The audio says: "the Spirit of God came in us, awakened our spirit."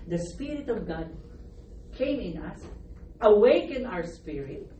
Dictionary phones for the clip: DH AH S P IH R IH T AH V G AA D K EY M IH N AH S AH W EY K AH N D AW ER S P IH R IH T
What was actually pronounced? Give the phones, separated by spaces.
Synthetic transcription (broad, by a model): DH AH S P IH R IH T AH V G AA D K EY M IH N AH S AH W EY K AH N AW ER S P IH R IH T